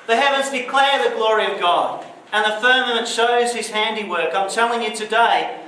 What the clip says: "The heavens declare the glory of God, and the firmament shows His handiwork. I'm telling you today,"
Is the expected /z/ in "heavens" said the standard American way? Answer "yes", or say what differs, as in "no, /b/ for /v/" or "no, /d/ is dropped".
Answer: yes